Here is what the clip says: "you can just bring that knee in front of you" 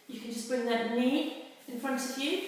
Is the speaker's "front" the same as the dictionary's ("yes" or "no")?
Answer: yes